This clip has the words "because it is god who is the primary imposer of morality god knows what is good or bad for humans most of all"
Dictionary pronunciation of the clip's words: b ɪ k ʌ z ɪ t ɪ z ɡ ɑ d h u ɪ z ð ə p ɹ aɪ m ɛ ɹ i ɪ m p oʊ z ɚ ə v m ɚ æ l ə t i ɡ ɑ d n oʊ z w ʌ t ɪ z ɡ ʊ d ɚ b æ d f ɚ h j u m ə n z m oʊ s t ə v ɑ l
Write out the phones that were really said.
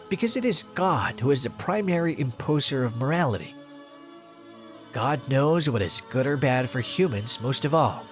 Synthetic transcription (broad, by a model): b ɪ k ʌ z ɪ t ɪ z ɡ ɑ d h u ɪ z ð ə p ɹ aɪ m ɛ ɹ i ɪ m p oʊ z ɚ ə v m ɚ æ l ə t i ɡ ɑ d n oʊ z w ʌ t ɪ z ɡ ʊ d ɚ b æ d f ɚ h j u m ə n z m oʊ s t ə v ɑ l